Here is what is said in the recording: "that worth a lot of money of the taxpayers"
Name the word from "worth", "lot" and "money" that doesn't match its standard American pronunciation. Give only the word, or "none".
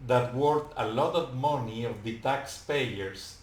worth